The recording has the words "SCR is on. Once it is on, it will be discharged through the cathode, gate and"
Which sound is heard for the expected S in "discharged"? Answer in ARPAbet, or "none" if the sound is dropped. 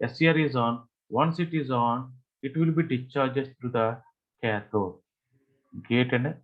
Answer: none